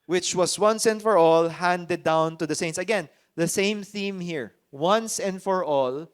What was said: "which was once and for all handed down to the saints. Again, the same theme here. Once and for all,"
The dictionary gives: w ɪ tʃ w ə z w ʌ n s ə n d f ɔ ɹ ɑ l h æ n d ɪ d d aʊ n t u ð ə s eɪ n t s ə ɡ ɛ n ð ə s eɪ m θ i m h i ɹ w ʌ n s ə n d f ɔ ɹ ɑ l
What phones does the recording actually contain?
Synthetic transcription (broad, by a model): w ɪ tʃ w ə s w ʌ n s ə n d f ɔ ɹ ɑ l h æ n d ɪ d d aʊ n t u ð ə s eɪ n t s ə ɡ ɛ n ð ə s eɪ m θ i m h i ɹ w ʌ n s ə n d f ɔ ɹ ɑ l